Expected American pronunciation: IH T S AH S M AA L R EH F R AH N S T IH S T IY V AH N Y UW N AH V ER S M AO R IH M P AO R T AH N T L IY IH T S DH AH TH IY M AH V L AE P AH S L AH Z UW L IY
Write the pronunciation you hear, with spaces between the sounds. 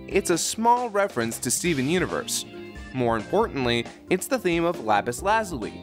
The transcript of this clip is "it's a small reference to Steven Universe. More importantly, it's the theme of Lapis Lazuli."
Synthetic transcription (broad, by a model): IH T S AH S M AA L R EH F R AH N S T IH S T IY V AH N Y UW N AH V ER S M AO R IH M P AO R T N T L IY IH T S DH AH TH IY M AH V L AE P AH S L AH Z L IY